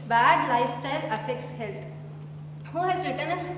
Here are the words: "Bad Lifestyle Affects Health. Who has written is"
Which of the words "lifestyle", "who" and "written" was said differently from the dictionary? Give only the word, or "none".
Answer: lifestyle